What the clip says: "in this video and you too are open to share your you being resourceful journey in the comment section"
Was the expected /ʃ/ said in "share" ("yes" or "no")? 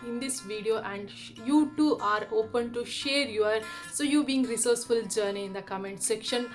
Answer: yes